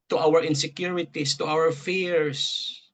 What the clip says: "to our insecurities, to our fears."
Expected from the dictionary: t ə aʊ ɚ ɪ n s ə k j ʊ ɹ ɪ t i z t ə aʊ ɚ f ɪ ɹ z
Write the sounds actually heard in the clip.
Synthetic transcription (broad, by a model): t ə aʊ ɚ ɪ n s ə k j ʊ ɹ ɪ t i s t ə aʊ ɚ f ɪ ɹ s